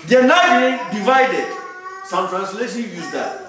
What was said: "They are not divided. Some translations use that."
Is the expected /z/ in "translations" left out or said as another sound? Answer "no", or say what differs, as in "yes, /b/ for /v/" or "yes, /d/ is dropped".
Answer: yes, /z/ is dropped